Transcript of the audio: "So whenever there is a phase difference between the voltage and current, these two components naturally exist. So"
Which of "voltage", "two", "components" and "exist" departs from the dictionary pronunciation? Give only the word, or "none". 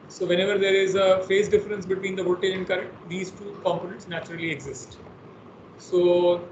voltage